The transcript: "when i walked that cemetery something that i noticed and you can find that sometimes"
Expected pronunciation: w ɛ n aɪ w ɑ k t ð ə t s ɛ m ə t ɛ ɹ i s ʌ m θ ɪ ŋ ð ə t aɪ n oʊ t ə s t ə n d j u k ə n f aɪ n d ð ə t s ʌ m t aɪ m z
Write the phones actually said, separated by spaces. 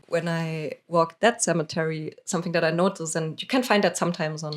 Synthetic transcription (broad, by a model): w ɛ n aɪ w ɑ k ð ə t s ɛ m ə t ɛ ɹ i s ʌ m θ ɪ ŋ ð ə t aɪ n oʊ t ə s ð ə n j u k ə n f aɪ n d ð ə t s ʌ m t aɪ m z